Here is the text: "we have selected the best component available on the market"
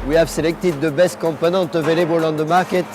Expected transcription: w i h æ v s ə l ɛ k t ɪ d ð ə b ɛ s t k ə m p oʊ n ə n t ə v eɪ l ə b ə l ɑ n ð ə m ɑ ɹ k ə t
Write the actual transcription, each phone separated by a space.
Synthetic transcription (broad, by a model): w i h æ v s ə l ɛ k t ɪ d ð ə b ɛ s t k ə m p oʊ n ə n t ə v eɪ l ə b ə l ɑ n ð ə m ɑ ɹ k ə t